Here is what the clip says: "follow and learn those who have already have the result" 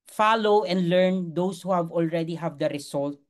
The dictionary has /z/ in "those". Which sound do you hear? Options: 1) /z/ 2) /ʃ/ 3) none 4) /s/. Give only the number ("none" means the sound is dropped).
4